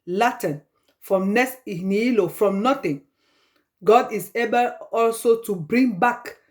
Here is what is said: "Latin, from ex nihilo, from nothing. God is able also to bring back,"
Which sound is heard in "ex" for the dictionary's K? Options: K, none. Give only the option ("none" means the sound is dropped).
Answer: none